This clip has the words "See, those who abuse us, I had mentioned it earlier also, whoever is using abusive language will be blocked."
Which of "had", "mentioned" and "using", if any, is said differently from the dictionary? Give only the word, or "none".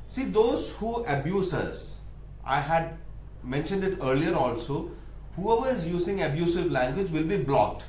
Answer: none